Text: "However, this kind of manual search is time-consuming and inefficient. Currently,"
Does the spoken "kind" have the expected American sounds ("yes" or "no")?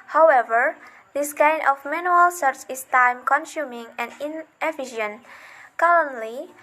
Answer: no